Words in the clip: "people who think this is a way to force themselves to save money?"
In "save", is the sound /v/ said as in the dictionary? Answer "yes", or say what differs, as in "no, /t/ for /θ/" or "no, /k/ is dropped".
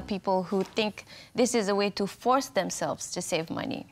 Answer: yes